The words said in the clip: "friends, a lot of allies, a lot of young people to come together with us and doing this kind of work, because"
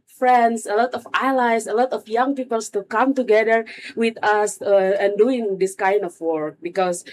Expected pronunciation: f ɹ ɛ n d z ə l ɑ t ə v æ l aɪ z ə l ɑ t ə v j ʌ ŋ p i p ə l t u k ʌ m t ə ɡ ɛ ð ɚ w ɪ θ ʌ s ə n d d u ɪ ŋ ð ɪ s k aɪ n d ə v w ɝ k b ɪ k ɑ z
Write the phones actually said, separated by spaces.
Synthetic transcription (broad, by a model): f ɹ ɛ n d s ə l ɑ t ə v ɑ l aɪ s ə l ɑ t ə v j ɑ ŋ p i p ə l t u k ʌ m t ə ɡ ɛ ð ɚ w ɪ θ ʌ s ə n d d u ɪ ŋ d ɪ s k aɪ n d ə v w ɝ k b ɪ k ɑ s